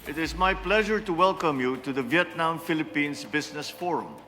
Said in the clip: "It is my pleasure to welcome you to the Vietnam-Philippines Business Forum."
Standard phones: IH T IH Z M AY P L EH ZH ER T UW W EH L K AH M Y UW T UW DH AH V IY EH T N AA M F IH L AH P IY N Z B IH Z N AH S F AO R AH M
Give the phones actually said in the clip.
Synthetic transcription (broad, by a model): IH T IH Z M AY P L EH ZH ER T UW W EH L K AH M Y UW T UW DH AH V IY EH T N AA M F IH L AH P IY N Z B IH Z N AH S F AO R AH M